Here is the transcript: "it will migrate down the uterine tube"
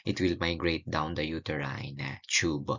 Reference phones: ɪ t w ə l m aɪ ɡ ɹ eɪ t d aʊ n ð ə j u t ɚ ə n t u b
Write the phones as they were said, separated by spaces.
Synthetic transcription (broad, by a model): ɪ t w ə l m aɪ ɡ ɹ eɪ t d aʊ n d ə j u t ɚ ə n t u b